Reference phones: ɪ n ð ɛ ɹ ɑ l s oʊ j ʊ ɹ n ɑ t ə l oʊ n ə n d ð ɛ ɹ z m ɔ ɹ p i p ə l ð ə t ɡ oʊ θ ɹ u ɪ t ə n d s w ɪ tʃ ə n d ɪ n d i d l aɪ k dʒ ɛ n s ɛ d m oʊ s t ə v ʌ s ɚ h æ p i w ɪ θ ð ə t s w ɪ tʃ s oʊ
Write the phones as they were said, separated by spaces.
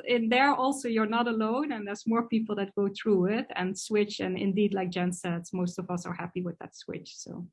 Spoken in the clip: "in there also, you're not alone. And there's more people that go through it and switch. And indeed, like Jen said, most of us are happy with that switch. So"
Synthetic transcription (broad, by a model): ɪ n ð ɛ ɹ ɑ l s oʊ j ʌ ɹ n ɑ t ə l oʊ n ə n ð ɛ ɹ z m ɔ ɹ p i p l ð ə t ɡ oʊ θ ɹ u ɪ t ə n s w ɪ tʃ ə n ɪ n d i d l aɪ k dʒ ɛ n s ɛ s m oʊ s t ə v ʌ s ɚ h æ p i w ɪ ð ə t s w ɪ tʃ s oʊ